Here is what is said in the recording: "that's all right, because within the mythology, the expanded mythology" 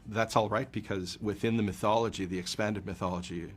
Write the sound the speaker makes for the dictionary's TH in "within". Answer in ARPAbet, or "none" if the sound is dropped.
TH